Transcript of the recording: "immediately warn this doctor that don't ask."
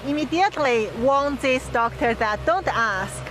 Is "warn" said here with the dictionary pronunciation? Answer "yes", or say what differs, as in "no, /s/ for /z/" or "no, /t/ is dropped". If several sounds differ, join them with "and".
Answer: no, /l/ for /ɹ/